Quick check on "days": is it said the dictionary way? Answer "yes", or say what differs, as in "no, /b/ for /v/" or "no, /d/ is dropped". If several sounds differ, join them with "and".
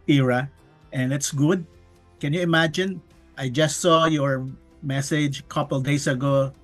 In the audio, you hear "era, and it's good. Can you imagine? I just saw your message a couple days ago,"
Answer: no, /s/ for /z/